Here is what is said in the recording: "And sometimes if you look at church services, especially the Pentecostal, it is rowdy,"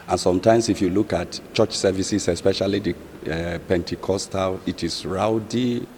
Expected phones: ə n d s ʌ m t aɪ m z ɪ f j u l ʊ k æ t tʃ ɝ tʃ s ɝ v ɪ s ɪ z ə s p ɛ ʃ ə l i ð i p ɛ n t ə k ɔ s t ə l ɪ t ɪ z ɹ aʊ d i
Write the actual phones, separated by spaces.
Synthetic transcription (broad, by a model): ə n s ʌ m t aɪ m s ɪ f j u l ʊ k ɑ t tʃ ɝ tʃ s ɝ v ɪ s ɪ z ə s p ɛ ʃ ə l i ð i p ɛ n t ə k ɔ s t ə l ɪ t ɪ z ɹ aʊ d i